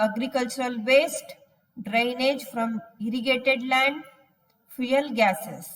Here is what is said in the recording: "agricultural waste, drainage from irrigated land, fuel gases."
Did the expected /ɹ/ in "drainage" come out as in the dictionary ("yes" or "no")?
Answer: yes